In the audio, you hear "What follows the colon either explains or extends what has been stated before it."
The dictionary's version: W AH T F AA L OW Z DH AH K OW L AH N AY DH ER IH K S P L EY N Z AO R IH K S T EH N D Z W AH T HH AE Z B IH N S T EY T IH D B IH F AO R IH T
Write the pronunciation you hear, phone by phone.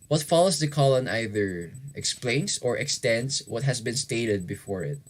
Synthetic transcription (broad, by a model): W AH T F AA L OW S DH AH K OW L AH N AY DH ER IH K S P L EY N S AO R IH K S T EH N D S W AH T HH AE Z B IH N S T EY T IH D B IH F AO R IH T